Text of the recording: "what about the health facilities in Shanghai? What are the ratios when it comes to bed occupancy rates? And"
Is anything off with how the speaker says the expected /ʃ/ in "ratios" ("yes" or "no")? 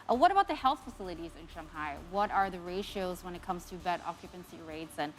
no